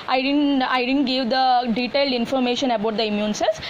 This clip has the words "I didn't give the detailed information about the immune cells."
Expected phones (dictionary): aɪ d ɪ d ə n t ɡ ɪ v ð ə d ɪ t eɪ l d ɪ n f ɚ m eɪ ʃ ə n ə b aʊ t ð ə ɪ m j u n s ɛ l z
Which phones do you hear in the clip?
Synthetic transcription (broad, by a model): aɪ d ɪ d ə n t ɡ ɪ v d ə d ɪ t eɪ l d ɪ n f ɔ m eɪ ʃ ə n ə b aʊ t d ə ɪ m j u n s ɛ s